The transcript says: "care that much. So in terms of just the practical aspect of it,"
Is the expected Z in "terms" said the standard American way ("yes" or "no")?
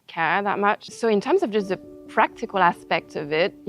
yes